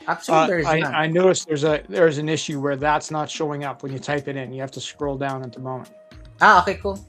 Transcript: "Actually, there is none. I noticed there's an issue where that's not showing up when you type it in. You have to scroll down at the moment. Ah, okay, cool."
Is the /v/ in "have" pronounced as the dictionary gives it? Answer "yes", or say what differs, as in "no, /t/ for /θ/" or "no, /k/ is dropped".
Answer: no, /f/ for /v/